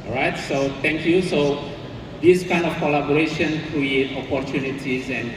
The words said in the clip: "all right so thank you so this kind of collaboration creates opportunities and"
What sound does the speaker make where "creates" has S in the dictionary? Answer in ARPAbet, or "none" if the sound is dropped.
none